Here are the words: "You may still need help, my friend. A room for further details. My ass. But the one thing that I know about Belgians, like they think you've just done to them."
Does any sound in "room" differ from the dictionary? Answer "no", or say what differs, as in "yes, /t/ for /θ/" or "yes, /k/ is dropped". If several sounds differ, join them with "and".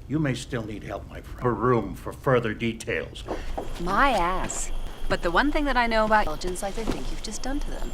no